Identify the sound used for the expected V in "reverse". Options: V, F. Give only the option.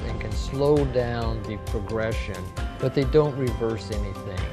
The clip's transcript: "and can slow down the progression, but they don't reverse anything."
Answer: V